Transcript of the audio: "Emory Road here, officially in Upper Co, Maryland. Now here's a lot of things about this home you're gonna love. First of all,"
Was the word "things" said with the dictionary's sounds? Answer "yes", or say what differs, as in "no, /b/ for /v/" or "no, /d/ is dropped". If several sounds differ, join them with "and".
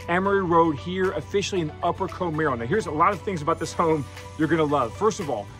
yes